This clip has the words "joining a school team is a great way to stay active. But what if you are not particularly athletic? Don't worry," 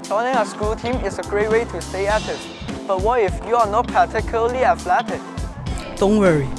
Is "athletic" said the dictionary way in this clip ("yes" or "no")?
no